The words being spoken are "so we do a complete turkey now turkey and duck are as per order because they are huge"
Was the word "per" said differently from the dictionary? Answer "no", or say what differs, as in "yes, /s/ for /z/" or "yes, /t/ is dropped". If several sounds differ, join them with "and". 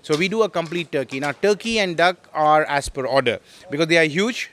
no